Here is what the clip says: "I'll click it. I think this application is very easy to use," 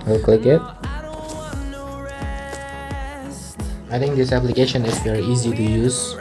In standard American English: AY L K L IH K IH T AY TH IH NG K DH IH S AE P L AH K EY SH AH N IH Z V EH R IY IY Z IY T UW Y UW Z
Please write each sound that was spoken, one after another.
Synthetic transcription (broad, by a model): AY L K IH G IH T AY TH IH NG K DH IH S AE P L AH K EY SH AH N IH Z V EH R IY IY Z IY T UW Y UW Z